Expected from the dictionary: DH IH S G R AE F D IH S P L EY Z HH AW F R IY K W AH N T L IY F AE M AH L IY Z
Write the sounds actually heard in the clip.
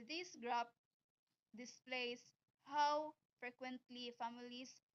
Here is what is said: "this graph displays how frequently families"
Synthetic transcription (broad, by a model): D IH S G R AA P D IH S P L EY S HH AW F R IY K W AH N T L IY F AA M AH L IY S